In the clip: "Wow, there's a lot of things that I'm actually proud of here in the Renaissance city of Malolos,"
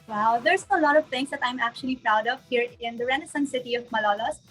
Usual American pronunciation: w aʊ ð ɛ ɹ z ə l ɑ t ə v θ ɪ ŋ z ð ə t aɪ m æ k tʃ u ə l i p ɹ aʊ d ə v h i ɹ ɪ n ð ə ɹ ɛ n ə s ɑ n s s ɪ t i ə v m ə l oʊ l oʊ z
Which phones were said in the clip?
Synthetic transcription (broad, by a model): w aʊ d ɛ ɹ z ə l ɑ t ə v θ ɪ ŋ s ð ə t aɪ m æ k tʃ u ə l i p ɹ aʊ d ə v h i ɹ ɪ n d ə ɹ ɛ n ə s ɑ n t s ɪ t i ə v m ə l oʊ l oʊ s